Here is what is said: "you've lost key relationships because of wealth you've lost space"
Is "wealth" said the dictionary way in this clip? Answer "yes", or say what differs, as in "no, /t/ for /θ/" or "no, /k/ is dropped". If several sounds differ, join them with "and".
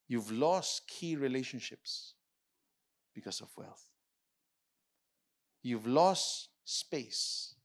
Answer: yes